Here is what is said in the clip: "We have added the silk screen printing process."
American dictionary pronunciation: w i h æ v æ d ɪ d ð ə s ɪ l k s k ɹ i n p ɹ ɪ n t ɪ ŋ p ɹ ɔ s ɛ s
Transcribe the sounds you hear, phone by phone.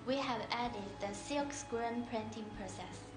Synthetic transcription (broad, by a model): w i h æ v æ d ɪ d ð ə s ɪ k s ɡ ɹ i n p ɹ ɪ n t ɪ ŋ p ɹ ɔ s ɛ s